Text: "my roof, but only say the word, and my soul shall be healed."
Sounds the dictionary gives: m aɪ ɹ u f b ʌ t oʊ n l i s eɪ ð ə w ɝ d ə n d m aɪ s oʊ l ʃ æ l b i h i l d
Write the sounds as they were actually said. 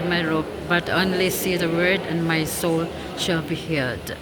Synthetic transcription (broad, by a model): m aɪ ɹ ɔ p b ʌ t oʊ n l i s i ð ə w ɝ d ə n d m aɪ s oʊ l ʃ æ l b i h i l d